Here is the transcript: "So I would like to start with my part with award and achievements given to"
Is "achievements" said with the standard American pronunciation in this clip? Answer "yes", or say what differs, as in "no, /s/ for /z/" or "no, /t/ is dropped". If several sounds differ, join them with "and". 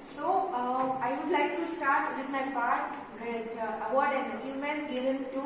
no, /v/ is dropped and /s/ is dropped